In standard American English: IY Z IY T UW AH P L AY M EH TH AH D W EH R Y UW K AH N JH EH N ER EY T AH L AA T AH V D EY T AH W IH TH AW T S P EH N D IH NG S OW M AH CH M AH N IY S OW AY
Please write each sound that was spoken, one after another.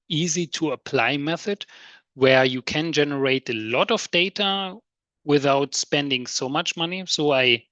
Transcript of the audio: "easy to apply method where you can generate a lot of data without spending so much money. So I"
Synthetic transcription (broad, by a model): IY Z IY T UW AH P L AY M EH TH AH D W EH R Y UW K AH N JH EH N ER EY T AH L AA T AH V D EY T AH W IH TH AW T S P EH N D IH NG S OW M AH CH M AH N IY S OW AY